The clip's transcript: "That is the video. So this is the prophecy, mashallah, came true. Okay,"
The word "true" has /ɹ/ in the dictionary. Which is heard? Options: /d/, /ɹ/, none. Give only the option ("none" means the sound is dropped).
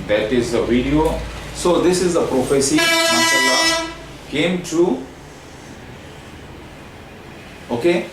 none